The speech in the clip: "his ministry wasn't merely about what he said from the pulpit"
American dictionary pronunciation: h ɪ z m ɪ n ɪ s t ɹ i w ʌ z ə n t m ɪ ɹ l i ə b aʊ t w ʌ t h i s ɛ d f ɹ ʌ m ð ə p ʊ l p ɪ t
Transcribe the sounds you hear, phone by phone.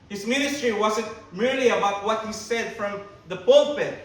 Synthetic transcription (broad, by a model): h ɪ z m ɪ n ɪ s t ɹ i w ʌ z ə n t m ɪ ɹ l i ə b aʊ t w ʌ t h i s ɛ d f ɹ ʌ m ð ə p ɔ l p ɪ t